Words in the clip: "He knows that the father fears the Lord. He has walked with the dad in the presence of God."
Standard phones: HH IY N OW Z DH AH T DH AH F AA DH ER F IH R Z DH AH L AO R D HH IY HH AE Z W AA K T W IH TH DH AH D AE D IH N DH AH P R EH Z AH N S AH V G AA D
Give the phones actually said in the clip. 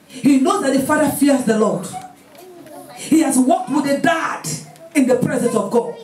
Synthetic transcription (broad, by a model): HH IY N OW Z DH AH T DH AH F AA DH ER F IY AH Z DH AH L AO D HH IY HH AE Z W AA K T W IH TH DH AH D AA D IH N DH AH P R EH Z AH N S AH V G AA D